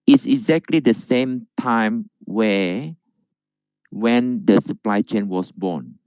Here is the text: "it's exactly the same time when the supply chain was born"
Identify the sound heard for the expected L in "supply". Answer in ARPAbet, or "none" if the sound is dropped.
L